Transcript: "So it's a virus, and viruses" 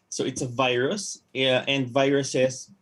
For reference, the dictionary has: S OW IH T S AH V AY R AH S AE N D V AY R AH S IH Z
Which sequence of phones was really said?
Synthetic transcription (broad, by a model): S OW IH T S AH V AY R AH S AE N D V AY R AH S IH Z